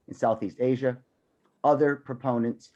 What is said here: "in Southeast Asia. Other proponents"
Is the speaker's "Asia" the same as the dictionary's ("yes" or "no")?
yes